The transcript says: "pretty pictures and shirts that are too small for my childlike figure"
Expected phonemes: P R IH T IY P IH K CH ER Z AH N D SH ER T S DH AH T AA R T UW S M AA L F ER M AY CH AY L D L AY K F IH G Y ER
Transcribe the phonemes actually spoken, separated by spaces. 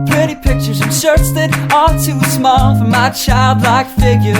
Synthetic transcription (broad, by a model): P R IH T IY P IH K CH ER Z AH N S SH ER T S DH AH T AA L T UW S M AA L F ER M AY CH AY L D L AY K F IH G Y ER